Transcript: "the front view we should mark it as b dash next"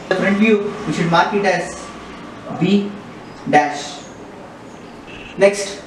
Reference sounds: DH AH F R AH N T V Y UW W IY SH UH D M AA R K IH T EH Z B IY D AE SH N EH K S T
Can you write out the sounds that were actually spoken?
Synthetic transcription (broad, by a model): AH P R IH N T V Y UW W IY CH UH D M AA R K IH T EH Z B IY D AE SH N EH K S T